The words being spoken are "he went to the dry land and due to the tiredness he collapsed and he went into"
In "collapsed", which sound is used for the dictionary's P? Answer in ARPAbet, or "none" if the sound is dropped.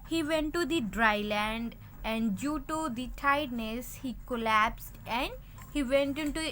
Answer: P